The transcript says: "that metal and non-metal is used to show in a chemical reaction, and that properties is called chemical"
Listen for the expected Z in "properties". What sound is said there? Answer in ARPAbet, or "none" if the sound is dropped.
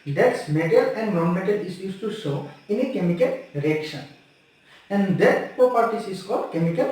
S